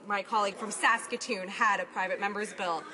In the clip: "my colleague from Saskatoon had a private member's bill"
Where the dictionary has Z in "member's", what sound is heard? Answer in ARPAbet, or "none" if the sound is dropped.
Z